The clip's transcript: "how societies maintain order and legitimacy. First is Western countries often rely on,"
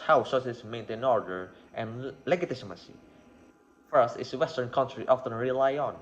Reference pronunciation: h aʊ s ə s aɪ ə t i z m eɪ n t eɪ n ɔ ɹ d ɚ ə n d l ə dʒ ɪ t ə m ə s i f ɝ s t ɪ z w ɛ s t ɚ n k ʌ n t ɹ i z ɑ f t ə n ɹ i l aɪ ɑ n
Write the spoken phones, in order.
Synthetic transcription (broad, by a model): h aʊ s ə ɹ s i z m eɪ n t eɪ n ɔ ɹ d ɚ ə n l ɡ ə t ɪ s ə m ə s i f ɝ s t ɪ s w ɛ s t ɚ n k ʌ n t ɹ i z ɑ f t ə n ɹ i l aɪ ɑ n